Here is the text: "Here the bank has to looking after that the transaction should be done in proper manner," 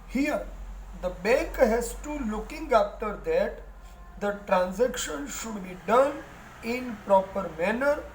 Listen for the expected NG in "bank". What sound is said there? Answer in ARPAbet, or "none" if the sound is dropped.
none